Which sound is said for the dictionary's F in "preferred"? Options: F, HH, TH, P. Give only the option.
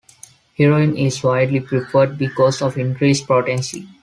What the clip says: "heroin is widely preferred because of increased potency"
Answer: P